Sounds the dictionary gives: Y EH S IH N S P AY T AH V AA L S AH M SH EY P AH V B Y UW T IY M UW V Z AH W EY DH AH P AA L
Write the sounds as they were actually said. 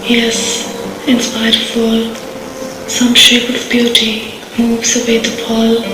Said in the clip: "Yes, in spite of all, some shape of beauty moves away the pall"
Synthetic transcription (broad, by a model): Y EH S IH N S P AY AH F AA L S AH M SH EY P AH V B Y UW T IY M UW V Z AH W EY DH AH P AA L